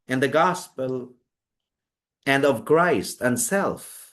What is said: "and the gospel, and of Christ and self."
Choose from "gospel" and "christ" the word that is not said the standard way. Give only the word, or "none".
none